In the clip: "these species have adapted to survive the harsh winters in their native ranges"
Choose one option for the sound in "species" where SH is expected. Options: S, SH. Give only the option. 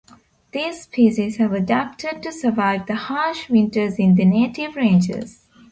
S